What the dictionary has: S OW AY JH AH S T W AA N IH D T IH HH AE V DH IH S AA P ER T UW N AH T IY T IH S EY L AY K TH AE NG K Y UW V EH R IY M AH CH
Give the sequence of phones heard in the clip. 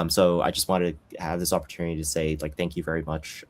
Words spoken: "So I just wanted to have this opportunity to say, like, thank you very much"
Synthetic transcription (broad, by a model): S OW AY JH AH S T W AA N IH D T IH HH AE V DH IH S AA P ER T UW N AH T IY T IH S EY L AY K TH AE NG K Y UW V EH R IY M AH CH